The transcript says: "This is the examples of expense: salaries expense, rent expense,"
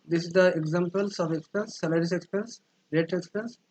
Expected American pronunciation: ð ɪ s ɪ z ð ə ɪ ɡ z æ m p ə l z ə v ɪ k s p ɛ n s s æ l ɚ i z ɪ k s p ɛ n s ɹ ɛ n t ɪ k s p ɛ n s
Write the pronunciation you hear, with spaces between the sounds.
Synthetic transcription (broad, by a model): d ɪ s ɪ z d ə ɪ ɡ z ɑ m p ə l s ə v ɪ k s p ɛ n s s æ l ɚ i s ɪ k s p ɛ n s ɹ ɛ t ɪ k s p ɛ n s